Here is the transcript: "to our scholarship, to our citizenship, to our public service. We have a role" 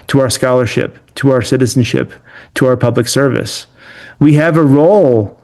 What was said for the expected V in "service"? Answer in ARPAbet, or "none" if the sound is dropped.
V